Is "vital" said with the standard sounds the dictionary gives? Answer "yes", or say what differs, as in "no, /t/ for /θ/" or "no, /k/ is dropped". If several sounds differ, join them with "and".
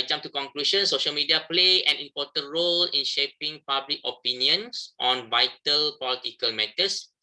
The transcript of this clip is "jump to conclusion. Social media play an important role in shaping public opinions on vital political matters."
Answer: yes